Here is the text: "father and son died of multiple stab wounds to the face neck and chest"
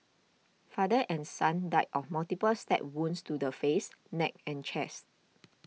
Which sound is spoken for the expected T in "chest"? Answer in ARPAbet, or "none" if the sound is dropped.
T